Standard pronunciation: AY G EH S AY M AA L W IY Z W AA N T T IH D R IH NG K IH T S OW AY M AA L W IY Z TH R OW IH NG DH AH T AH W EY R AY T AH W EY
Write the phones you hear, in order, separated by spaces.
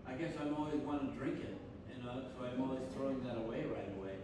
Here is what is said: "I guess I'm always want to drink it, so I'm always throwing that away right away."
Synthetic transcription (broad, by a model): AY G EH S AY M AA L W IY Z W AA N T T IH D R IH NG K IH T S OW AY M AA L W IY Z TH R OW IH NG DH AH T AH W EY R AY T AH W EY